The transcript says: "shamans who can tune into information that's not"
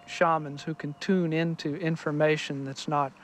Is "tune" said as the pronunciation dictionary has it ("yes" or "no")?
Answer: yes